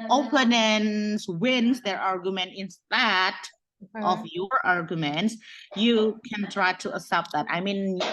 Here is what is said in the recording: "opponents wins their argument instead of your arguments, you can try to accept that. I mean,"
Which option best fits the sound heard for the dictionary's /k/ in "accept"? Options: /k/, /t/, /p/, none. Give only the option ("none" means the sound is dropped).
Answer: none